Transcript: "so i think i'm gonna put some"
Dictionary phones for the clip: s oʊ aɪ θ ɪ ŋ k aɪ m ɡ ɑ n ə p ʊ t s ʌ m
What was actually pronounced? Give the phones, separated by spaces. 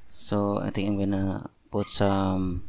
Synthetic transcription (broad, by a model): s oʊ aɪ t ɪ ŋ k aɪ m ɡ ɑ n ə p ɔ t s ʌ m